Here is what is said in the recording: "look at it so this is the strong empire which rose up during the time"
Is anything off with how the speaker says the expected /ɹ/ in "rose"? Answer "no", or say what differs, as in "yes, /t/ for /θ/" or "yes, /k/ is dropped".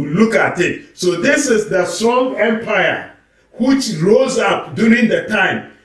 no